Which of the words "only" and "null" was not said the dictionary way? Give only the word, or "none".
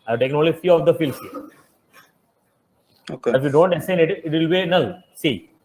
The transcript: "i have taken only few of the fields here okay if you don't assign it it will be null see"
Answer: only